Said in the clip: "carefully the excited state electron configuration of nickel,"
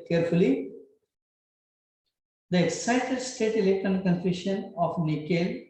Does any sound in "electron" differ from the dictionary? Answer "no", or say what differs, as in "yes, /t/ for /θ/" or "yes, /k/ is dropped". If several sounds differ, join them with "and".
yes, /ɹ/ is dropped